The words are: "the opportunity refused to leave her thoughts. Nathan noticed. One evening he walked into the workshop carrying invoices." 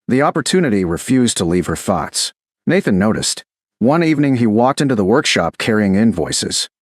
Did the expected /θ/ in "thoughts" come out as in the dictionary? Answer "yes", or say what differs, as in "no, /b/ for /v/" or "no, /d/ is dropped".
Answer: yes